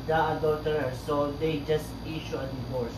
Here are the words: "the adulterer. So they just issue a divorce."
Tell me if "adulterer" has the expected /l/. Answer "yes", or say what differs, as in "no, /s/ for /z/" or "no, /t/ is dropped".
no, /l/ is dropped